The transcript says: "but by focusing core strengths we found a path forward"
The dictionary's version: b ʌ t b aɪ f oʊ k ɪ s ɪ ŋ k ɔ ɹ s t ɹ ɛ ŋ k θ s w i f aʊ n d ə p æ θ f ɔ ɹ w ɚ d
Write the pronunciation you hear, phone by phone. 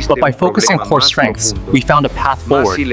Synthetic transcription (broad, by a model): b ʌ t b aɪ f oʊ k ɪ s ɪ ŋ k ɔ ɹ s t ɹ ɛ ŋ k θ s w i f aʊ n d ə p æ θ f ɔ ɹ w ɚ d